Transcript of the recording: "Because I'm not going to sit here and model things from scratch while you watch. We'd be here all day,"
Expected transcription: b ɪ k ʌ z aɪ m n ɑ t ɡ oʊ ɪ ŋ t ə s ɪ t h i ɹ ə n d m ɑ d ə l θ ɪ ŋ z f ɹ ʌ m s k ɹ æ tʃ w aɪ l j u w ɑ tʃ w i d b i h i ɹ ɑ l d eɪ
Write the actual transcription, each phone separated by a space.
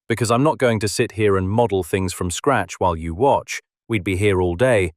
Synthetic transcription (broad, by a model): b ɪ k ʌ z aɪ m n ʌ t ɡ oʊ ɪ ŋ t ə s ɪ t h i ɹ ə n m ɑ d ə l θ ɪ ŋ z f ɹ ʌ m s k ɹ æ tʃ w aɪ l j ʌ w ɑ tʃ w i d b i h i ɹ ɑ l d eɪ